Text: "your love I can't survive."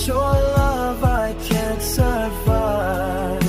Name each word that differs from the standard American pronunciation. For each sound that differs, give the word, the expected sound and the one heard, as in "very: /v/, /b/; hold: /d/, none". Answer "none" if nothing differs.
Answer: none